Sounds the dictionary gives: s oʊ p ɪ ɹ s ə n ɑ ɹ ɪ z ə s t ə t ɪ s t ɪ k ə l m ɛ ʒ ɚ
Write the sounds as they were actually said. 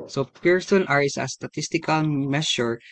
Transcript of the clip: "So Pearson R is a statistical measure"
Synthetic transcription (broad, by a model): s oʊ p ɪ ɹ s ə n ɑ ɹ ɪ s ə s t ə t ɪ s t ɪ k ə l m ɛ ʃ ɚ